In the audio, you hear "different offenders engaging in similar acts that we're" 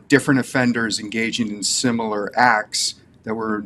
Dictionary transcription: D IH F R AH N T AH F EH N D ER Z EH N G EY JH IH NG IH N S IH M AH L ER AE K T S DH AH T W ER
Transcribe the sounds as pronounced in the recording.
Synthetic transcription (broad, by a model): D IH F R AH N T AH F EH N D ER Z EH N G EY JH IH NG IH N S IH M L ER AE K T S DH AH T W ER